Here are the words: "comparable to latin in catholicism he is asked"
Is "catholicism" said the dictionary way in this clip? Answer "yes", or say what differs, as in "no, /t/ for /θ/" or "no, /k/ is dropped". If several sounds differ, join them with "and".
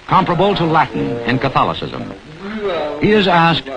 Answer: yes